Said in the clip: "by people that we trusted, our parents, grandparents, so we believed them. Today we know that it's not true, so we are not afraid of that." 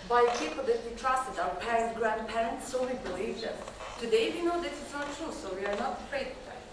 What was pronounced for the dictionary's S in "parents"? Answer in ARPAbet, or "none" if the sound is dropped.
none